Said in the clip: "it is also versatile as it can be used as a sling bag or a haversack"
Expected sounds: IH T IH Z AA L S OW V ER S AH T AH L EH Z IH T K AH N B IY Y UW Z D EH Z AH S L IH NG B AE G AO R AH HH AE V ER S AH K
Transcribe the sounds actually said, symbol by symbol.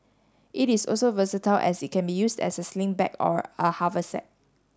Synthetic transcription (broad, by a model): IH T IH S AA L S OW V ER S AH T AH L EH S IH T K AH N B IY Y UW S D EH S AH S L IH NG B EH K AO R AH HH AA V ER S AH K